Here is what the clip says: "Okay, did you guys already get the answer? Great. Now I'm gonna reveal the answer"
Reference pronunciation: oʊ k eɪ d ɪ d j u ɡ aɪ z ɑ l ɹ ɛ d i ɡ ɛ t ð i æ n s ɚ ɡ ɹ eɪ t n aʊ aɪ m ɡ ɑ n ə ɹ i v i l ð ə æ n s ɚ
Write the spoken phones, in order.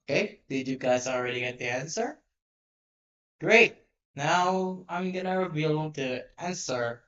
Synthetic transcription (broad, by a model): k eɪ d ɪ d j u ɡ aɪ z ɑ l ɹ ɛ d i ɡ ɛ t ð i æ n s ɚ ɡ ɹ eɪ t n aʊ aɪ m ɡ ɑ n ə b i b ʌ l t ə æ n s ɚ